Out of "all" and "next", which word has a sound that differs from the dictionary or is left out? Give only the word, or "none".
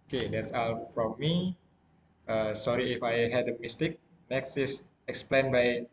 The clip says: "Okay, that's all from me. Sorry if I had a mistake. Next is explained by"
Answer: none